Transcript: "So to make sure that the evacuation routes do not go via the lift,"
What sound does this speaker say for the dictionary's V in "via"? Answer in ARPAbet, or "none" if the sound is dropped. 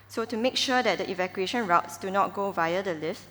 V